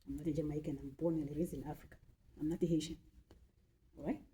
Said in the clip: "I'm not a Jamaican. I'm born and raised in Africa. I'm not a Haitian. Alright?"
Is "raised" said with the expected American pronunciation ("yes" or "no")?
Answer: no